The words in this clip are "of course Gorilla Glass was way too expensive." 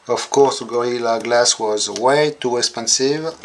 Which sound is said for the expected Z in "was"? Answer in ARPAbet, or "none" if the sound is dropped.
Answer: Z